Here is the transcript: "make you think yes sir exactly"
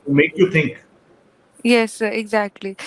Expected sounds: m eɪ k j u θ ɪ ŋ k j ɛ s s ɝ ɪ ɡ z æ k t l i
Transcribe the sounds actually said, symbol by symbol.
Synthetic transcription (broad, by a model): m eɪ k j u t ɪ ŋ k j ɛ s s ɝ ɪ ɡ z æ k t l i